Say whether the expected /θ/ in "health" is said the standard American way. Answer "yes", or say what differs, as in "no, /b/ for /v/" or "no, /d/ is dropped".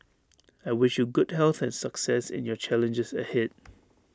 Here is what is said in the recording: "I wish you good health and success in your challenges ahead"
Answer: yes